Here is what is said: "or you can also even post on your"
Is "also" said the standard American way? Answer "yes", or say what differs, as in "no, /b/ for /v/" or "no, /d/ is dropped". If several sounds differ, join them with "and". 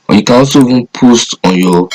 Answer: no, /l/ is dropped